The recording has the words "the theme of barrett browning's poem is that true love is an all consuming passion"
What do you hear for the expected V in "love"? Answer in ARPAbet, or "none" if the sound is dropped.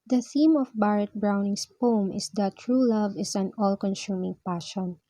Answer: V